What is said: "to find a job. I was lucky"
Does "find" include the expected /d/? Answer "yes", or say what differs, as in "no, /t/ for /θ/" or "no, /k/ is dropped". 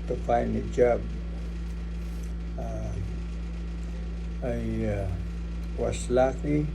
no, /d/ is dropped